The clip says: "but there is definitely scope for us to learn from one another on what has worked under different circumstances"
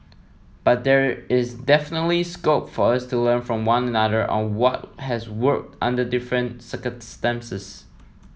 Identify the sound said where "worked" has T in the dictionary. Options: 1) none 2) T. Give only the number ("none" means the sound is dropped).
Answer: 2